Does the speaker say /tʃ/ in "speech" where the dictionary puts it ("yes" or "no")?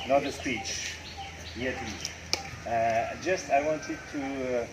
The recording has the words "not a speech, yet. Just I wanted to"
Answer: yes